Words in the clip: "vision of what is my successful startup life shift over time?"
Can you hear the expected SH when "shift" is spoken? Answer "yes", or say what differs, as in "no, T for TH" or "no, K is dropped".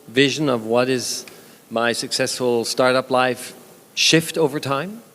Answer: yes